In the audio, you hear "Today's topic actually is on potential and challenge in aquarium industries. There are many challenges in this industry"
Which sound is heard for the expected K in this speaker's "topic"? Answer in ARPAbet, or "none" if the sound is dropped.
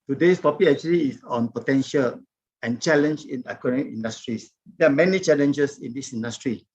none